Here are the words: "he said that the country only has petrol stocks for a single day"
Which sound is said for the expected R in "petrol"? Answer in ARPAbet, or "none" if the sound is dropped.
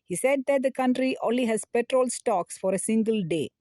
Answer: R